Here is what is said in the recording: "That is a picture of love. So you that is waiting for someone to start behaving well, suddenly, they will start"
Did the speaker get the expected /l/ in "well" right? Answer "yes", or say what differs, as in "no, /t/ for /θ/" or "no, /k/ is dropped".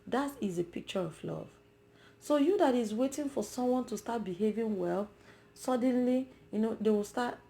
yes